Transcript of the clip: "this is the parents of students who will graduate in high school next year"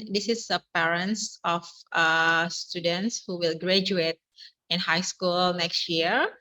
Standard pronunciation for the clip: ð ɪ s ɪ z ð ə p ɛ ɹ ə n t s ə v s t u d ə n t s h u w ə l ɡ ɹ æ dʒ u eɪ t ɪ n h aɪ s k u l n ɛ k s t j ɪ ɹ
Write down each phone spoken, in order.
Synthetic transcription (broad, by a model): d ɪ s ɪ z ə p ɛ ɹ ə n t s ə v s t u d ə n t s h u w ə l ɡ ɹ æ dʒ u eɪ t ɪ n h aɪ s k u l n ɛ k s t j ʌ ɹ